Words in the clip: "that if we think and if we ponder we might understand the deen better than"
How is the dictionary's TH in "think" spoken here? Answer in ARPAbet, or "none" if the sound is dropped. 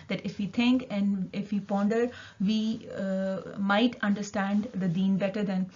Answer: T